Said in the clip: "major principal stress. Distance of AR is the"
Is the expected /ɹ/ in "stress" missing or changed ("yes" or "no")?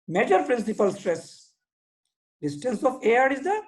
no